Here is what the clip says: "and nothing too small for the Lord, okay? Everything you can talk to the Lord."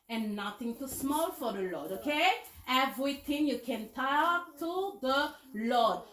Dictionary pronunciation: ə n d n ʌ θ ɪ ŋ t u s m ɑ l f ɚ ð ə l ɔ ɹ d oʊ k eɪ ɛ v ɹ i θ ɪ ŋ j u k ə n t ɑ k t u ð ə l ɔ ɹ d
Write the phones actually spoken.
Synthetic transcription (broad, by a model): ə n n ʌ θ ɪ ŋ t u s m ɑ l f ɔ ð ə l ɔ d oʊ k eɪ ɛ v ɹ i t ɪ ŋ j u k ə n t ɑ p t u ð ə l ɔ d